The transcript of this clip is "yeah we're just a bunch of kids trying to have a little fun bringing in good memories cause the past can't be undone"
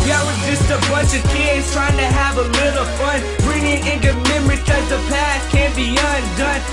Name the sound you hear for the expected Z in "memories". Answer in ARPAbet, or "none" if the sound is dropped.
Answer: none